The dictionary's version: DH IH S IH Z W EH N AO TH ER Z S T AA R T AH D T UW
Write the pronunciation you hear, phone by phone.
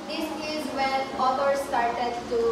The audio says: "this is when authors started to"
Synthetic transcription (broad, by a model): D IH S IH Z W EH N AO T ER S T AA R T AH D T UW